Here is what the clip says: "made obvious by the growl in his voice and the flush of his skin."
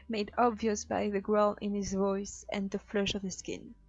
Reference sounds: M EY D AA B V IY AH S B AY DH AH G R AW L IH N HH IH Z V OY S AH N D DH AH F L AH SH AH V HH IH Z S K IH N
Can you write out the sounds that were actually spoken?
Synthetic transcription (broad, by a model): M EY D AA B V IY AH S B AY DH AH G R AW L IH N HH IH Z V OY S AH N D DH AH F L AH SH AH V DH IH S K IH N